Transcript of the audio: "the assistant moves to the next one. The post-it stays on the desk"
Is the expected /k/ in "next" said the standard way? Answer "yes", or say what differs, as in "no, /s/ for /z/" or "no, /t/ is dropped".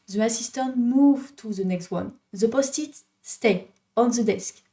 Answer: yes